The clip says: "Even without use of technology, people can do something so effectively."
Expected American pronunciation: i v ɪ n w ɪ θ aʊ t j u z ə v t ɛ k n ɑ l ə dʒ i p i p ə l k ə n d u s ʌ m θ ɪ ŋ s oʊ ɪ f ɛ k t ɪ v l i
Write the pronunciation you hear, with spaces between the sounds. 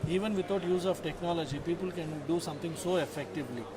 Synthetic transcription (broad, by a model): i v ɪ n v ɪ t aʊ t j u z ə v t ɛ k n ɑ l ə dʒ i p i p ə l k ə n d u s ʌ m t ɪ ŋ s oʊ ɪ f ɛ k t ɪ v l i